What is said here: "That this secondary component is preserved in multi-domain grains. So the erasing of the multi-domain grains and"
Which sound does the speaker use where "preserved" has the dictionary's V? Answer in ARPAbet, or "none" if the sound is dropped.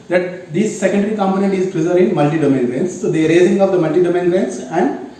none